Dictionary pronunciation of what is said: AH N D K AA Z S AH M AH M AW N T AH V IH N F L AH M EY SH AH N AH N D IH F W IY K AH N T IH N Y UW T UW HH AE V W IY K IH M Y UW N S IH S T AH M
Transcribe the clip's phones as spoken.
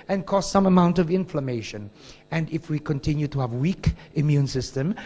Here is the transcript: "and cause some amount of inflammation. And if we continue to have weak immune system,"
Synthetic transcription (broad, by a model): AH N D K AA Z S AH M AH M AW N T AH V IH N F L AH M EY SH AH N AH N D IH F W IY K AH N T IH N Y UW T UW HH AE V W IY K IH M Y UW N S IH S T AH M